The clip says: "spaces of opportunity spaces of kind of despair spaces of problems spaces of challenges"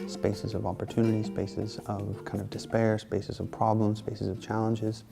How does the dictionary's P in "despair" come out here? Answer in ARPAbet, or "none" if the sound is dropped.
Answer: P